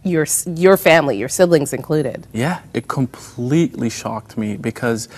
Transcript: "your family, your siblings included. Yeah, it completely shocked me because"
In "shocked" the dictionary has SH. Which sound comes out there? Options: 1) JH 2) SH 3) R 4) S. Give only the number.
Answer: 2